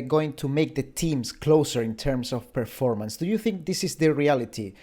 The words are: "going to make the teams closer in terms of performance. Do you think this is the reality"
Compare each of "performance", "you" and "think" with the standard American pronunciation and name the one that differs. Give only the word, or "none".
none